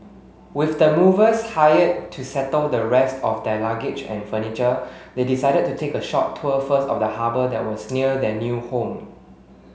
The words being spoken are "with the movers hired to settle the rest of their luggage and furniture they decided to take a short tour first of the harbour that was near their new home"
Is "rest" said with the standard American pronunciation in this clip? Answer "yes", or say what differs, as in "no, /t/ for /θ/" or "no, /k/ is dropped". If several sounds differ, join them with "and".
yes